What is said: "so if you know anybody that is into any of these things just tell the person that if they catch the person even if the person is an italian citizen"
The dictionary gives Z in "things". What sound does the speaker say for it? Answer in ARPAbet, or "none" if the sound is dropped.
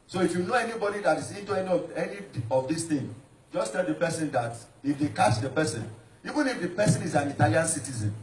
none